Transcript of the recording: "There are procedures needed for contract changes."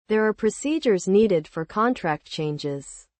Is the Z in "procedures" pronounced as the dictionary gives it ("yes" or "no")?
yes